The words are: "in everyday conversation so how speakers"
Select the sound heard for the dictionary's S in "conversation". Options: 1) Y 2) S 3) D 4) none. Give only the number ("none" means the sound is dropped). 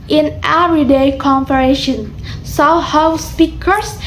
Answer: 4